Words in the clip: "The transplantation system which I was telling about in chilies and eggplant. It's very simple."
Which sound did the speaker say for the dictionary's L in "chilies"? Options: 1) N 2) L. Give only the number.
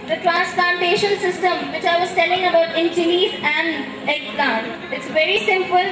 1